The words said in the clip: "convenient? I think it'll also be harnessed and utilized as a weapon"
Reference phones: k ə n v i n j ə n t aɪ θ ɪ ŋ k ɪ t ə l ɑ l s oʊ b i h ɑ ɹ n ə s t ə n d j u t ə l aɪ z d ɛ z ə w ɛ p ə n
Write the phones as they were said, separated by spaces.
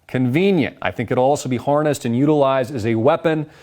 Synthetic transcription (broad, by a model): k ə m v i n j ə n t aɪ θ ɪ ŋ k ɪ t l ɑ l s oʊ b i h ɑ ɹ n ə s t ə n j u t ə l aɪ z d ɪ z ə w ɛ p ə n